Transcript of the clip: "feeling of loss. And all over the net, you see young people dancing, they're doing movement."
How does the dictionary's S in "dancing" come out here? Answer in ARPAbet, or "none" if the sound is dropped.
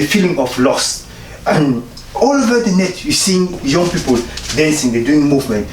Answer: S